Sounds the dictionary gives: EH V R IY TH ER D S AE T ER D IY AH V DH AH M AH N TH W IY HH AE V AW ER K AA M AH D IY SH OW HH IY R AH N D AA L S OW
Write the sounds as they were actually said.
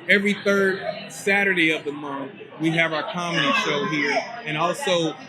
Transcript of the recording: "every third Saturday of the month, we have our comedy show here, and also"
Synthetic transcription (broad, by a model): EH V R IY TH ER D S AE T ER D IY AH V DH AH M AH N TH W IY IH V AW ER K AA M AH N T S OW HH IY R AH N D AA L S OW